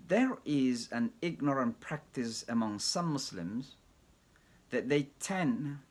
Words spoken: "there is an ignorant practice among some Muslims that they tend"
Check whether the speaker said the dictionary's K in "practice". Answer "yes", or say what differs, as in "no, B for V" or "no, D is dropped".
yes